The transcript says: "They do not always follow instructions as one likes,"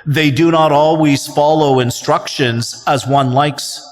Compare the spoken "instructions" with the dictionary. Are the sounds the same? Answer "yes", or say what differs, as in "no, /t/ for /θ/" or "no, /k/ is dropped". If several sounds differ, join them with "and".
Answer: yes